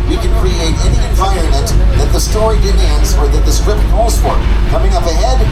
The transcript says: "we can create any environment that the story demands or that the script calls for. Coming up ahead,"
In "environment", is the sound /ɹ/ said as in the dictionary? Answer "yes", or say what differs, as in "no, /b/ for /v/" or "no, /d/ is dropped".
no, /ɹ/ is dropped